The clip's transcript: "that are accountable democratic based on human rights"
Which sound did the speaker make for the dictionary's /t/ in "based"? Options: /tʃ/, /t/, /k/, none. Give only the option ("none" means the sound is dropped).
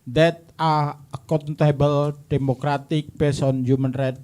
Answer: none